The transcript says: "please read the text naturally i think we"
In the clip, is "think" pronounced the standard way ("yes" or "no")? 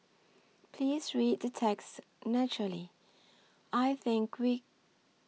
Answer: yes